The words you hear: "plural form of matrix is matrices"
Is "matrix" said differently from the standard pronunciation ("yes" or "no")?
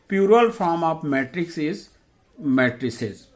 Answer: no